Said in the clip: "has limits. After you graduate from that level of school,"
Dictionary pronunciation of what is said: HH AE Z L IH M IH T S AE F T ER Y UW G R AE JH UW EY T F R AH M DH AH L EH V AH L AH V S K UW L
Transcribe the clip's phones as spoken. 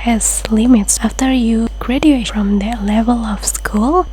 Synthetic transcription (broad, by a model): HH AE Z L IH M IH T S AE F T ER Y UW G R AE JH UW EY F R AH M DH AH L EH V AH L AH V S K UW L